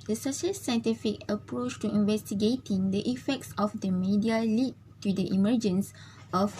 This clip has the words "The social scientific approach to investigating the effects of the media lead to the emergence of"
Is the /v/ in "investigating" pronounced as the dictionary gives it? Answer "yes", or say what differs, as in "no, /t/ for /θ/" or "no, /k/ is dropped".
yes